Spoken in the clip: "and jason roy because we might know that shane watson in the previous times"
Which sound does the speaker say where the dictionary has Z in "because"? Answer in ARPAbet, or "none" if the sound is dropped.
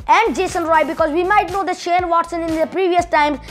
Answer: Z